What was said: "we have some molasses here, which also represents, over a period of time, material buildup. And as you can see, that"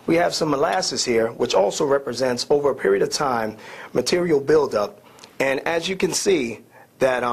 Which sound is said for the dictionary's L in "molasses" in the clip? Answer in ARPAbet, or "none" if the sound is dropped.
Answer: L